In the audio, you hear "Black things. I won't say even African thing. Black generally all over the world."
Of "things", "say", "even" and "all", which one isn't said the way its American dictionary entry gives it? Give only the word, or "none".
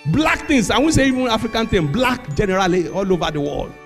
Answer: things